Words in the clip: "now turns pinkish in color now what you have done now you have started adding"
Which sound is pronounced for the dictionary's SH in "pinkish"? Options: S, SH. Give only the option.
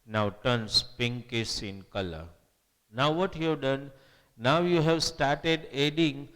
S